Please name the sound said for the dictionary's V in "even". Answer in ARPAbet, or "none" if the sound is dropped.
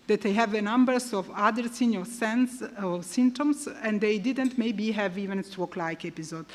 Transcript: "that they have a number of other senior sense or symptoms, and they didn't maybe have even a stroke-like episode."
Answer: V